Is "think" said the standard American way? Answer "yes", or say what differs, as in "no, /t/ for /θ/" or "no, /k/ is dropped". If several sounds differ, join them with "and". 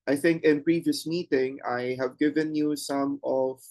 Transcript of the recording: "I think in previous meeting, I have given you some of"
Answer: yes